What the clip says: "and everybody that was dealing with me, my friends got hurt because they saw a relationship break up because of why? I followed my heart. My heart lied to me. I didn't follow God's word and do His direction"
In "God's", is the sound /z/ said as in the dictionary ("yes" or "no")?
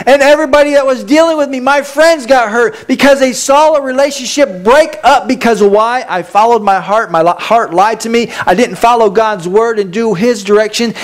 yes